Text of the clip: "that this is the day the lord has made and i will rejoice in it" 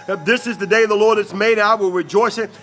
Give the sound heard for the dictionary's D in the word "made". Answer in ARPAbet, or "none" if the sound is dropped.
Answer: none